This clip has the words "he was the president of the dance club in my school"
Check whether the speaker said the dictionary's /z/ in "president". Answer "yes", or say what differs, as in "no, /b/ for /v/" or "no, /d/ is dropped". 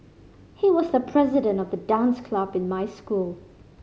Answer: yes